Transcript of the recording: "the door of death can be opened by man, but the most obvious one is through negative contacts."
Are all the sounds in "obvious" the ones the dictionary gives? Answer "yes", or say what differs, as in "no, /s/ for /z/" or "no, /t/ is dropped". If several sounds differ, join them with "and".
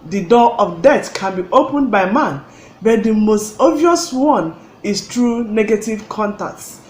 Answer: no, /b/ is dropped